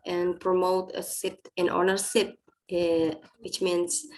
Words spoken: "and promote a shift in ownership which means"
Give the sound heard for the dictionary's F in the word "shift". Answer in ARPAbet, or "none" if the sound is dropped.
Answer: P